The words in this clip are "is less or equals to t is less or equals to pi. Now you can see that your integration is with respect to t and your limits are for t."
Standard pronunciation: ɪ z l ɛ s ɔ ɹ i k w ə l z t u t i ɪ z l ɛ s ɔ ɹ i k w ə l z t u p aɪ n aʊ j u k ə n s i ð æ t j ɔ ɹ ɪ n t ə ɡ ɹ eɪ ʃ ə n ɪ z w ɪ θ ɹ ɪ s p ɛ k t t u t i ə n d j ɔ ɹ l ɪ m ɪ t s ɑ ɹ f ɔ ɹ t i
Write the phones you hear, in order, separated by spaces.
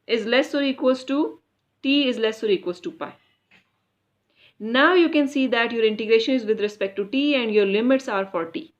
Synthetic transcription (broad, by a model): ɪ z l ɛ s ɔ ɹ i k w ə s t t u t i ɪ z l ɛ s ɔ ɹ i k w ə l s t u p aɪ n aʊ j u k ə n s i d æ t j ɔ ɹ ɪ n t ə ɡ ɹ eɪ ʃ ə n ɪ z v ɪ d ɹ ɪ s p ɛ k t t u t i ə n d j ɔ ɹ l ɪ m ɪ t s ɑ ɹ f ɔ ɹ t i